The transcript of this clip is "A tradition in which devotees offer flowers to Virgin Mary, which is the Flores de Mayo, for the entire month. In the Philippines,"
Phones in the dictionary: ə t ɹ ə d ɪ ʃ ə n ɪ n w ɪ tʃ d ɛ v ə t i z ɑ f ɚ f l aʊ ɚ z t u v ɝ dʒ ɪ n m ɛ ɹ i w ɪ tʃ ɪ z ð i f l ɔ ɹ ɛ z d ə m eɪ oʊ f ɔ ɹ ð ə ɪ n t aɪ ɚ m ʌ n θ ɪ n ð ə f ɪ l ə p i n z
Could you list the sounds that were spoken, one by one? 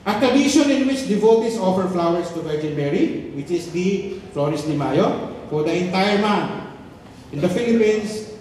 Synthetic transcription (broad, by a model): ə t ɹ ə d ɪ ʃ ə n ɪ n w ɪ tʃ d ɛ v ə t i s ɑ f ɚ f l aʊ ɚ s t u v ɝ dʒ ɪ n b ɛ ɹ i w ɪ tʃ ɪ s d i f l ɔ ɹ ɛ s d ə m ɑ oʊ f ɔ ɹ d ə ɪ n t aɪ ɚ m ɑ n t ɪ n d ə f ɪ l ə p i n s